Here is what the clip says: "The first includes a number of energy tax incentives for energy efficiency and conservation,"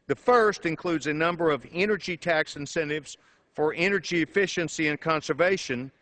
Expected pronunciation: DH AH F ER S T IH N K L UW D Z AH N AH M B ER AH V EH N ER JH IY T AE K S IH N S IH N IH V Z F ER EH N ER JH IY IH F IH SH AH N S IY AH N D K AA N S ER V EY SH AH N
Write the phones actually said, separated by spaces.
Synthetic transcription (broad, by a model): DH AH F ER S T IH N K L UW D Z AH N AH M B ER AH V EH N ER JH IY T AE K S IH N S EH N IH V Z F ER EH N ER JH IY IH F IH SH AH N S IY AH N K AA N S ER V EY SH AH N